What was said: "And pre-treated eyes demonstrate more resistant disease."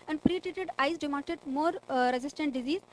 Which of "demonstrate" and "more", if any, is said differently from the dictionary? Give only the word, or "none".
demonstrate